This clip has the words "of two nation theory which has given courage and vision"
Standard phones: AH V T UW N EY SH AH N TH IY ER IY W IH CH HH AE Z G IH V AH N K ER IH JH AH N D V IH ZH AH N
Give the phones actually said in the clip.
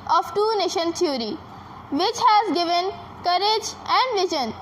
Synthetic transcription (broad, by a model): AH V T UW N EY SH AH N T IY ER IY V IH CH HH AE Z G IH V AH N K ER IH JH AH N D V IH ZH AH N